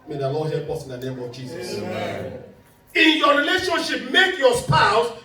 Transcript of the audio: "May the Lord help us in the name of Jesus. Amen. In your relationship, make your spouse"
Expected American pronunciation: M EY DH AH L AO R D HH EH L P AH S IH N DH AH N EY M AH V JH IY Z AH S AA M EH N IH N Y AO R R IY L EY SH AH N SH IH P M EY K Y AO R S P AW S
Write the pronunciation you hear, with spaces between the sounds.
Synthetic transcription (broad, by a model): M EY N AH L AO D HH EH P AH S IH N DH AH N EY M AH V JH IY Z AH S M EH IH N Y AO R R IY L EY SH AH N SH IH P M EY K Y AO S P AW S